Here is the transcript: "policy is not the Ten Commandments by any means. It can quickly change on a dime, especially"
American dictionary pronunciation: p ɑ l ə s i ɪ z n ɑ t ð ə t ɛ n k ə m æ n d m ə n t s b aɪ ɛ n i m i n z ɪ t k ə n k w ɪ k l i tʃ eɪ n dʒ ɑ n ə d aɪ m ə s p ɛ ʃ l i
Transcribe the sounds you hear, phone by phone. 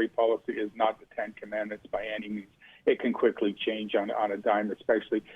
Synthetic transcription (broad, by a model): p ɑ l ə s i ɪ z n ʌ t ð ə t ɛ n k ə m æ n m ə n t s b aɪ ɛ n i m i n z ɪ t k ə n k w ɪ k l i tʃ eɪ n dʒ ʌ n ə d aɪ m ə s p ɛ ʃ l i